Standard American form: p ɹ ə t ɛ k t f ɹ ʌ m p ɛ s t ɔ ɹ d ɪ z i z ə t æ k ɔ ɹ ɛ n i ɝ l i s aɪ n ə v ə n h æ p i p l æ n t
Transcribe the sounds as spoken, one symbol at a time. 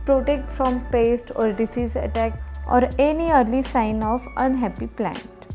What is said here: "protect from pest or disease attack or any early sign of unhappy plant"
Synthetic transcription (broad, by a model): p ɹ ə t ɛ k t f ɹ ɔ m p ɛ s t ɔ ɹ d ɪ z i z ə t æ k ɔ ɹ ɛ n i ɝ l i s aɪ n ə f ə n h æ p i p l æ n t